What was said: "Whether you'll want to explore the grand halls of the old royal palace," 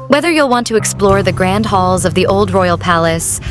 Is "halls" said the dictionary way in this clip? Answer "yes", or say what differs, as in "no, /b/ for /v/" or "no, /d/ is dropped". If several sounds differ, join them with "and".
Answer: yes